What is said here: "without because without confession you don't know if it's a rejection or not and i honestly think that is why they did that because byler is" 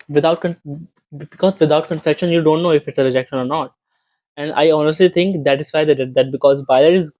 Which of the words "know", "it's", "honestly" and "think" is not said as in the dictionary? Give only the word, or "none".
think